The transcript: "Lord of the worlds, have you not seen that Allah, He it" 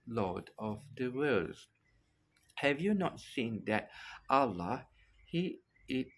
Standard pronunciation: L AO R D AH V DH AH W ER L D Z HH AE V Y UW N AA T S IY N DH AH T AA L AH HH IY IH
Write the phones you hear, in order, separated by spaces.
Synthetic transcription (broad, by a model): L AO D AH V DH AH W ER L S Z HH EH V Y UW N AA T S IY N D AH T AA L AH HH IY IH